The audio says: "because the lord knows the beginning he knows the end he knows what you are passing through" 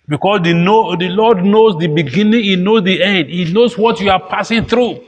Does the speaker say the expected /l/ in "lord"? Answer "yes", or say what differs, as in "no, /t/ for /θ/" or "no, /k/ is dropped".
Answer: no, /n/ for /l/